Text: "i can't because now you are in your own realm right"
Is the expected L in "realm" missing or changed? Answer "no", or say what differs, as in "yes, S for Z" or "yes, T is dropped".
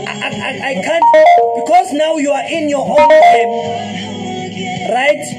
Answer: yes, L is dropped